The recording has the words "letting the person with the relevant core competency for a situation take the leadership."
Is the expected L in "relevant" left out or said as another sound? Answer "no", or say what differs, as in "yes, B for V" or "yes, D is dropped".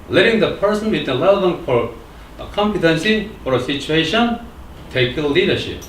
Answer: yes, L is dropped